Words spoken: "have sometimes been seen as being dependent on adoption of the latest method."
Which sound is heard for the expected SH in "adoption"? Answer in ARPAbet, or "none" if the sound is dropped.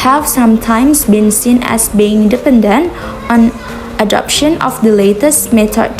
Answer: SH